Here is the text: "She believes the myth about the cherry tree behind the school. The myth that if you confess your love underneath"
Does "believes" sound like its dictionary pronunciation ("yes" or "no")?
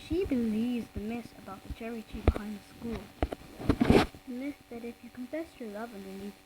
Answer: yes